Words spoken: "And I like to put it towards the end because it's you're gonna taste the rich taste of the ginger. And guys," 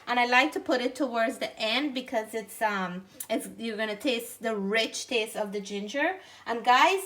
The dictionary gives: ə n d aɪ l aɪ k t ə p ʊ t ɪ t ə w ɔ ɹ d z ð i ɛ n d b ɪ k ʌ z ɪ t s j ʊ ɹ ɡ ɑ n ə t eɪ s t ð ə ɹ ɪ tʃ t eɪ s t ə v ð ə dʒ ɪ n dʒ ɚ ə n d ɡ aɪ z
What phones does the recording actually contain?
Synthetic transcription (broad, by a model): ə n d aɪ l aɪ k t ə p ʊ t ɪ t ə w ɔ ɹ d z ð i ɛ n d b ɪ k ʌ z ɪ t s j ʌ ɹ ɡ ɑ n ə t eɪ s t ð ə ɹ ɪ tʃ t eɪ s t ə v ð ə dʒ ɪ n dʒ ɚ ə n ɡ aɪ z